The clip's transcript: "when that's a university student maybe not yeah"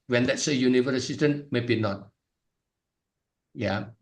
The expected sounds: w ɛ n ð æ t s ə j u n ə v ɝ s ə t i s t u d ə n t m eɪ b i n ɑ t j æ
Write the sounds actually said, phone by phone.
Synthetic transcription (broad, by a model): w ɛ n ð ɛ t s ə j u n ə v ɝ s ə s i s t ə n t m eɪ b i n ɑ t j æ